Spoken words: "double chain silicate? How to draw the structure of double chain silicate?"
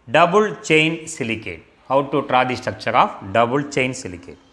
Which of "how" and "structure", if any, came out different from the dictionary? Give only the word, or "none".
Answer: structure